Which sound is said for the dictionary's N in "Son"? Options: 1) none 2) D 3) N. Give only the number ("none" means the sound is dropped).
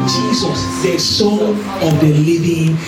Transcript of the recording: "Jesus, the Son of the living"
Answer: 1